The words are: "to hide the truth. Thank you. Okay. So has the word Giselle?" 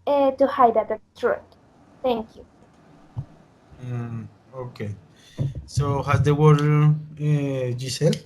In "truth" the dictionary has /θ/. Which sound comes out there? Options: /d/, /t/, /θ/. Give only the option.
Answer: /t/